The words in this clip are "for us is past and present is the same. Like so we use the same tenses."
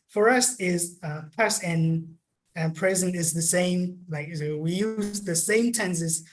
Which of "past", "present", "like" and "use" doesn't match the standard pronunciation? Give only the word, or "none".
past